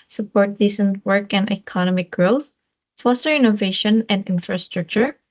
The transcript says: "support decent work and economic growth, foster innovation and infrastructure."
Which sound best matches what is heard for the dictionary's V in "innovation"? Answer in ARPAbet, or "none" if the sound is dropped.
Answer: V